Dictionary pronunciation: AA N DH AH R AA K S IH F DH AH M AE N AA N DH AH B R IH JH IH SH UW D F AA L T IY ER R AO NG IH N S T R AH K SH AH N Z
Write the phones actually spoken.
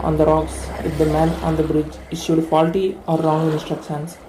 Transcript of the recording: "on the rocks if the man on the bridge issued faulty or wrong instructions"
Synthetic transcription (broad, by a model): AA N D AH R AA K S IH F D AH M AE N AA N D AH B R IH JH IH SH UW D F AA L T IY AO R AO NG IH N S T R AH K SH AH N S